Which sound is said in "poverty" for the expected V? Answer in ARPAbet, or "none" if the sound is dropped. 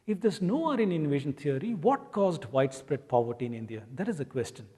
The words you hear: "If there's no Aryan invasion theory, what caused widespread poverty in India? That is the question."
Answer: V